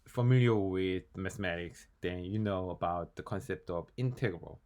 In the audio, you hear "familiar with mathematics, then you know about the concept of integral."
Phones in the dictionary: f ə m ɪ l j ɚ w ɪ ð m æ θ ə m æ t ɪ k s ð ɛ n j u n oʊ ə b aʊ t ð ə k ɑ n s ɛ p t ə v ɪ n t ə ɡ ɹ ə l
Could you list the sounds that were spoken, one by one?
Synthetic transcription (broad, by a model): f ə m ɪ l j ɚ w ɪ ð m æ θ ə m æ t ɪ k s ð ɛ n j u n oʊ ə b aʊ t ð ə k ɑ n s ɛ p t ə v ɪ n t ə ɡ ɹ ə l